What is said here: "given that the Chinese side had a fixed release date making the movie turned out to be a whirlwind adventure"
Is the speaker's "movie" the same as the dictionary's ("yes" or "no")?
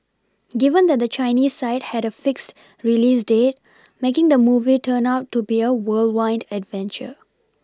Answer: yes